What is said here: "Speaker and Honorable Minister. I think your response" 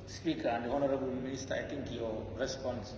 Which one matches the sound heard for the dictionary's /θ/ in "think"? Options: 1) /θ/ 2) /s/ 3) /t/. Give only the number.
3